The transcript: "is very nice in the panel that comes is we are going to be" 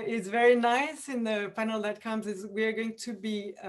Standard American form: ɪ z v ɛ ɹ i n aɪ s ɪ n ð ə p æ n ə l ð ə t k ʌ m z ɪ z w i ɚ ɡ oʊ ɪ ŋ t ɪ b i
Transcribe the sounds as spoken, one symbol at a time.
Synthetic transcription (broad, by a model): ɪ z v ɛ ɹ i n aɪ s ɪ n ð ə p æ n l ð ə t k ʌ m z ɪ z w i ɚ ɡ oʊ ɪ ŋ t ɪ b i